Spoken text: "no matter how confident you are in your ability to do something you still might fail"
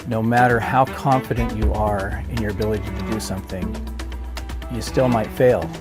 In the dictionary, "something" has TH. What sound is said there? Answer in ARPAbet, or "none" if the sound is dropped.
TH